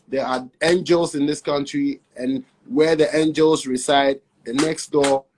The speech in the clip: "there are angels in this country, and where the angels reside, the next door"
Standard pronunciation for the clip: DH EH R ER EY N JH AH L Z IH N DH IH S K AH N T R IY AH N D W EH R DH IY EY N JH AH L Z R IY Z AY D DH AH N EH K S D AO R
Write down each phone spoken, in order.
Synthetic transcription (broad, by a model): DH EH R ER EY N JH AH L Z IH N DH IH S K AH N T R IY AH N W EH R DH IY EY N JH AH L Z R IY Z AY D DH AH N EH K S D AO